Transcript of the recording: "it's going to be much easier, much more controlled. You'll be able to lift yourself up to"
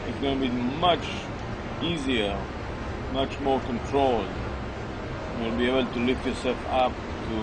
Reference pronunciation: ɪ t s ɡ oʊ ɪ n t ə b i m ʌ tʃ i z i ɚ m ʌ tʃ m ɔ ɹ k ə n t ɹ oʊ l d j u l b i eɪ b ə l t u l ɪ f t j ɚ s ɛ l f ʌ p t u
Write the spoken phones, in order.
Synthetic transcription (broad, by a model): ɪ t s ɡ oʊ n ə b i m ʌ tʃ i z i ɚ m ʌ tʃ m ɔ ɹ k ə n t ɹ oʊ l d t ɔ n b i eɪ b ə l t u l ɪ f t j ɚ s ɛ l f ʌ p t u